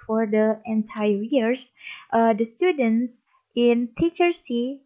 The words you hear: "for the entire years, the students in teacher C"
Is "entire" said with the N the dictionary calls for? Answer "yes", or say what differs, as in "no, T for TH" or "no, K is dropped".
yes